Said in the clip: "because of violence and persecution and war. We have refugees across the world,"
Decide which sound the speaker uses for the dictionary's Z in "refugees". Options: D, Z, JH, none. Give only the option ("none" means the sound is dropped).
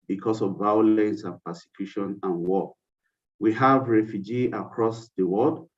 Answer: none